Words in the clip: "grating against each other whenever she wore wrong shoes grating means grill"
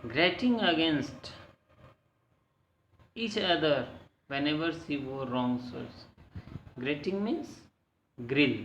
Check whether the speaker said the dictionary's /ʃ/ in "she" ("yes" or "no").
no